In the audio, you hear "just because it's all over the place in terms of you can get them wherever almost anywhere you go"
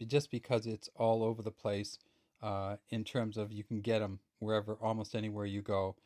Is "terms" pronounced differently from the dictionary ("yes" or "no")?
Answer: no